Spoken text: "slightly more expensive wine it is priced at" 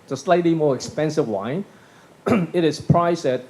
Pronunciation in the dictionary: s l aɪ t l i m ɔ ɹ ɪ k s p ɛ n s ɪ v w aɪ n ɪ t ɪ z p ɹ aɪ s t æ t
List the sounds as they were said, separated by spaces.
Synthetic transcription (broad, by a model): s l aɪ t l i m ɔ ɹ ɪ k s p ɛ n s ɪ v w aɪ n ɪ t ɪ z p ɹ aɪ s æ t